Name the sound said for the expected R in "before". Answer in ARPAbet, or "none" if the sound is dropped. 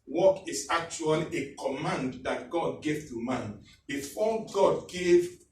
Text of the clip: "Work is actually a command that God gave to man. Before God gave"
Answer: L